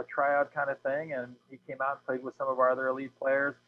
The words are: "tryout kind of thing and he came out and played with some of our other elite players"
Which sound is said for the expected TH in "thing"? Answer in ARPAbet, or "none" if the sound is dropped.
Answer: TH